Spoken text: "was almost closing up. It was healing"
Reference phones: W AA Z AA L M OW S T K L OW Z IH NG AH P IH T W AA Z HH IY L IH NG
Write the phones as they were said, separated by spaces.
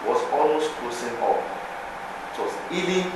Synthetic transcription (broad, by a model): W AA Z AA L M OW S T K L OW S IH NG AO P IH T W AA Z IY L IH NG